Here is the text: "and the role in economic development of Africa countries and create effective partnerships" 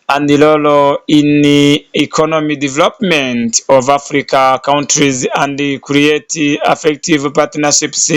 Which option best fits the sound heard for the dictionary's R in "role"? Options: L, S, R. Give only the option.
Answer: L